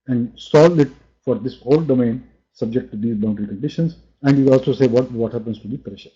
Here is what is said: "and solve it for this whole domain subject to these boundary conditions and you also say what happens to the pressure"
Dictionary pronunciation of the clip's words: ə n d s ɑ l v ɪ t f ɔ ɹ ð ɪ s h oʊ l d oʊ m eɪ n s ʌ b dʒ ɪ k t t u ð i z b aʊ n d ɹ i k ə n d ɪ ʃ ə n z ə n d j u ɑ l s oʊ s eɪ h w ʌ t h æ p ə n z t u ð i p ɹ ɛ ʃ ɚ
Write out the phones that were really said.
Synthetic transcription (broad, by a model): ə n d s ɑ l ɪ t f ɔ ɹ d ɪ s h oʊ l d oʊ m eɪ n s ʌ b dʒ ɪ k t t u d i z b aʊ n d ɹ i k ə n d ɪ ʃ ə n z ə n d j u ɑ l s oʊ s eɪ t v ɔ t h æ p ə n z t u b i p ɹ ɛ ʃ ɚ